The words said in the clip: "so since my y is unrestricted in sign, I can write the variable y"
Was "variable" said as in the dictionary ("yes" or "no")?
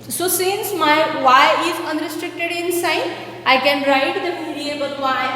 no